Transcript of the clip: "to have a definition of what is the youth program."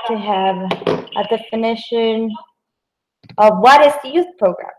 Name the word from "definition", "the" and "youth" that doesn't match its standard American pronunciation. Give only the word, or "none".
none